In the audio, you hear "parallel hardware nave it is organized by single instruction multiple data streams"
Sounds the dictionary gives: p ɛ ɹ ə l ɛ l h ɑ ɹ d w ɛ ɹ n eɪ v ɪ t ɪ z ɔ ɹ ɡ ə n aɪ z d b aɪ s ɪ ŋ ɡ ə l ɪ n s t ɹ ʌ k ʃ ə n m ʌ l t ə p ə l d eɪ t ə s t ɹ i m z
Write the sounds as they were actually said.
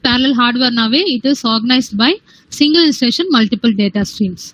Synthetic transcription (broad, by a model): p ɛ ɹ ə l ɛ l h ɑ ɹ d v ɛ ɹ n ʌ v ɪ t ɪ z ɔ ɹ ɡ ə n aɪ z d b aɪ s ɪ ŋ ɡ ə l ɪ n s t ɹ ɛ ʃ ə n m ʌ l t ə p ə l d eɪ t ə s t ɹ i m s